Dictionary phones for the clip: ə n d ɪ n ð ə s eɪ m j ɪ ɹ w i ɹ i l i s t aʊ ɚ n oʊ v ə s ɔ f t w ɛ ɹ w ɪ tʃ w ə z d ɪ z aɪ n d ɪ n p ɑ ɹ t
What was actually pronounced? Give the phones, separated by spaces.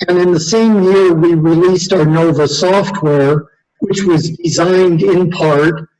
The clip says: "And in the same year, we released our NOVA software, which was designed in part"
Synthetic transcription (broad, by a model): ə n ɪ n ð ə s eɪ m j ɪ ɹ w i ɹ i l i s t aʊ ɚ n oʊ v ə s ɔ f t w ɛ ɹ w ɪ tʃ w ə z d ɪ z aɪ n d ɪ n p ɑ ɹ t